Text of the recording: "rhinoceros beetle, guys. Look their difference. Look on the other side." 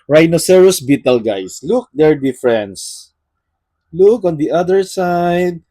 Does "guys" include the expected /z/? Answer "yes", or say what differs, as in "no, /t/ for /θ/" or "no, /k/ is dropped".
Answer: no, /s/ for /z/